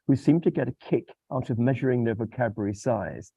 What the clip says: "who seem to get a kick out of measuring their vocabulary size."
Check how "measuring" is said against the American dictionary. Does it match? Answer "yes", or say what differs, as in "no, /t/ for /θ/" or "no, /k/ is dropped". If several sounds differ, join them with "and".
yes